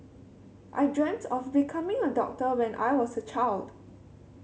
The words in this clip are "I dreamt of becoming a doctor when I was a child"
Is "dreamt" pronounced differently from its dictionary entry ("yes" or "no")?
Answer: no